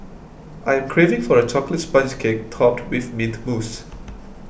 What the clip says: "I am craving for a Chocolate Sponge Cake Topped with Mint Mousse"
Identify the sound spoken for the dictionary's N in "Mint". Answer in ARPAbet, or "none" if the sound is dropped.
none